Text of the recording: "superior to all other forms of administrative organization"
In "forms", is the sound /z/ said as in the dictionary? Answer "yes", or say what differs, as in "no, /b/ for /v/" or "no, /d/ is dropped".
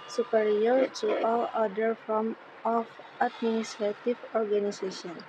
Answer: no, /z/ is dropped